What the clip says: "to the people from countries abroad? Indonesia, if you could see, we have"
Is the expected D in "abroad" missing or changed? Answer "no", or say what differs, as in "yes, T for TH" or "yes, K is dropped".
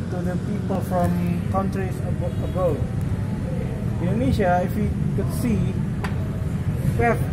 yes, D is dropped